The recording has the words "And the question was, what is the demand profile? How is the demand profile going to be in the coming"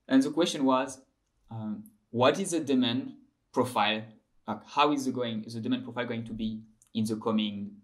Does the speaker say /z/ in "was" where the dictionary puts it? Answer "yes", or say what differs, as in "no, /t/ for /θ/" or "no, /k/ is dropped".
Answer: yes